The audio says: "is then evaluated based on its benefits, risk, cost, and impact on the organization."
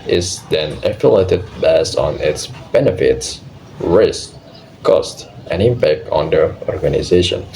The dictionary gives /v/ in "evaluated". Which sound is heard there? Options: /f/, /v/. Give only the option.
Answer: /f/